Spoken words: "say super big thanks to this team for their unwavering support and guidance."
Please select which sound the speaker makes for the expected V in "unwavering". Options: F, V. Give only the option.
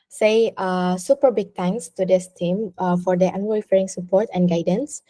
F